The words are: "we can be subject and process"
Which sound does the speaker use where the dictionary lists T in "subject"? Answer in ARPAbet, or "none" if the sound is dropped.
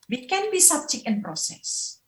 none